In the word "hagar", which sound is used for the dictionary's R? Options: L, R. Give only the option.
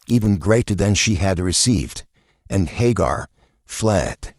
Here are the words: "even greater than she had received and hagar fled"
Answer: R